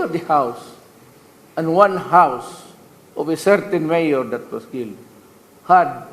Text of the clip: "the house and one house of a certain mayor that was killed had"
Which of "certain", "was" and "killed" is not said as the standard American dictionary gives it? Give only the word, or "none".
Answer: was